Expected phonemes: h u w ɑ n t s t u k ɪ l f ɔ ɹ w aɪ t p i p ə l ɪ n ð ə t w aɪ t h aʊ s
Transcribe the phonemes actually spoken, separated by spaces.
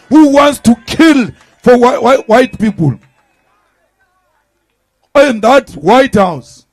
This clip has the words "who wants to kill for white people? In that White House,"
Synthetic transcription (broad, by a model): h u w ɑ n t s t u k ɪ l f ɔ w w aɪ t p i p ə l ɪ n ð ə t w aɪ t h aʊ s